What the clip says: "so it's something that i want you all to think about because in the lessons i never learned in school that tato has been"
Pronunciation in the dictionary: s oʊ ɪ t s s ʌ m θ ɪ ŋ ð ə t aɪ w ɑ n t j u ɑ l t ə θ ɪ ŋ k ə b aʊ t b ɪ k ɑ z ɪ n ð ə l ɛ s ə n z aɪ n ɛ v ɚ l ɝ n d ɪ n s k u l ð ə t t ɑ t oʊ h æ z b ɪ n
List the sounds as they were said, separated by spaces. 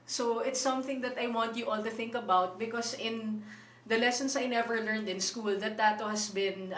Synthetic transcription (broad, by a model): s oʊ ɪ t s s ʌ m θ ɪ ŋ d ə t aɪ w ɑ n t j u ɑ l t ə θ ɪ ŋ k ə b aʊ t b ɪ k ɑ s ɪ n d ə l ɛ s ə n s aɪ n ɛ v ɚ l ɝ n d ɪ n s k u l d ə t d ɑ t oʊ h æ s b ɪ n